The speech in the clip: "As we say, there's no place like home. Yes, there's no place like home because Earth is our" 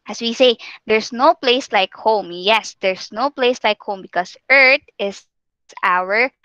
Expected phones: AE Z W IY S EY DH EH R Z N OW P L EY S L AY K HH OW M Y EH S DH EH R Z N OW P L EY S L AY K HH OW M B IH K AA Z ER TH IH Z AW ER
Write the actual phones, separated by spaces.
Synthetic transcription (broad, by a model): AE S W IY S EY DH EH R S N OW P L EY S L AY K HH OW M Y EH S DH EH R S N OW P L EY S L AY K HH OW M B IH K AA S ER T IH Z AW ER